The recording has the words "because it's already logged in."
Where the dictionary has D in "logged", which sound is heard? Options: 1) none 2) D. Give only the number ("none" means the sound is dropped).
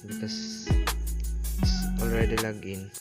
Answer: 1